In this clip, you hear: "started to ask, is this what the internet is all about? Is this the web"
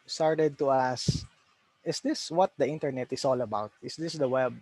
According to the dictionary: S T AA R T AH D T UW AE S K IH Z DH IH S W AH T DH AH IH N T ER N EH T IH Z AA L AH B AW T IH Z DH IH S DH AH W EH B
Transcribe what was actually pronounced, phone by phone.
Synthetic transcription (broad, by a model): S T AA R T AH D T UW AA S IH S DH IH S W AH T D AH IH N T ER N EH T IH S AA L AH B AW T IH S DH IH S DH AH W EH B